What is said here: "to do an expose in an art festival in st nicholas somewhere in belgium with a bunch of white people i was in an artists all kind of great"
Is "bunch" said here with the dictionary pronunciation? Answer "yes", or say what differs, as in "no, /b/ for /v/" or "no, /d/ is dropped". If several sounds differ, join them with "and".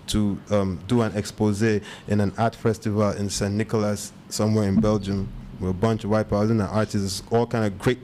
yes